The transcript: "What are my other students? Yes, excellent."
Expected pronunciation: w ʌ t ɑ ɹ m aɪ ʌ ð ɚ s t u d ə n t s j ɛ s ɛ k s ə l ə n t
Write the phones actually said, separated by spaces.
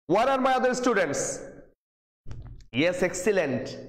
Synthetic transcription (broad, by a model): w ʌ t ɑ ɹ m aɪ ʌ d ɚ s t u d ə n t s j ɛ s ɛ k s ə l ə n t